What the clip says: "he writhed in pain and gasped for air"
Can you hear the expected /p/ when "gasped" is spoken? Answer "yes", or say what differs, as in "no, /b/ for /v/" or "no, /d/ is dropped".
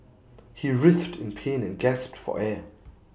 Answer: yes